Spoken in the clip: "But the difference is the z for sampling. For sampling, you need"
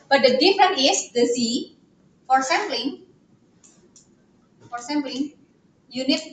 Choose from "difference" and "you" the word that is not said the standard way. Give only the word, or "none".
difference